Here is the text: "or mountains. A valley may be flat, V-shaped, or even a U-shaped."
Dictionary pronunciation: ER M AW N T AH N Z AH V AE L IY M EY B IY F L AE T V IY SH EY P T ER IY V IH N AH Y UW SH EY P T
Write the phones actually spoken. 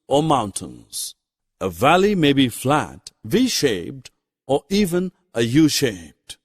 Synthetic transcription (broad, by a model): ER M AW N T AH N Z AH V AE L IY M EY B IY F L AE T V IY SH EY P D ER IY V IH N AH Y UW SH EY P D